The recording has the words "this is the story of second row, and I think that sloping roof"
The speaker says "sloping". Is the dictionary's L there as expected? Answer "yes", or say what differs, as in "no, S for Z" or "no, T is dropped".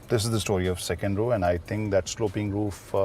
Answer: yes